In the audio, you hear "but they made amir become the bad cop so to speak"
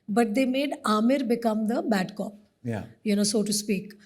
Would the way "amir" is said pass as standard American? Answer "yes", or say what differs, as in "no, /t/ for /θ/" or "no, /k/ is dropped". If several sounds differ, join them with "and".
yes